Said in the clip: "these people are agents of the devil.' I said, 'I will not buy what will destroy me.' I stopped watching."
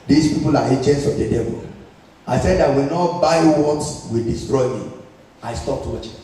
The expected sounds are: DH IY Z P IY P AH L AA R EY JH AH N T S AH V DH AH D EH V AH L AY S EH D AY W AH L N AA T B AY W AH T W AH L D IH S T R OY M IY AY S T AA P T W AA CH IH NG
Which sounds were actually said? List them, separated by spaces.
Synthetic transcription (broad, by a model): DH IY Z P IY P AH L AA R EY CH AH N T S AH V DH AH D EH V AH L AY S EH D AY W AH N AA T B AY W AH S W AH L D IH S T R OY M IY AY S T AA P T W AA CH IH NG